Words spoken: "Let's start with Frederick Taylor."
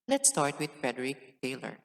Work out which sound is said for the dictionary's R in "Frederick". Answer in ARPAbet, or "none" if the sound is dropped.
R